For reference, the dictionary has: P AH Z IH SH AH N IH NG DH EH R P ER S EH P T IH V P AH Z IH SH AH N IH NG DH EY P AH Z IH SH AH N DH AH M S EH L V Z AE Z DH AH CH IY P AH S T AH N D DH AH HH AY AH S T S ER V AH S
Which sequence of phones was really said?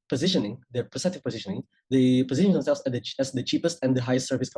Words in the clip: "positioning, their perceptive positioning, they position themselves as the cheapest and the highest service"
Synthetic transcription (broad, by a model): P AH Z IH SH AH N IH NG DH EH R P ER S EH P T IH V P AH Z IH SH AH N IH NG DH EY P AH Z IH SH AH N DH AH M S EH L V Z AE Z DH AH CH IY P AH S T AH N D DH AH HH AY AH S T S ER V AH S